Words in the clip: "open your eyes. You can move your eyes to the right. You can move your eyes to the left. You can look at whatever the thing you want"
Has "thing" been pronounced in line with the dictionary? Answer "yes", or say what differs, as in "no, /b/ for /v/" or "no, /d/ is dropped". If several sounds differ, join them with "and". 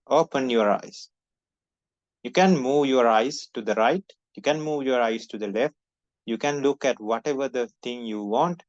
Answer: no, /t/ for /θ/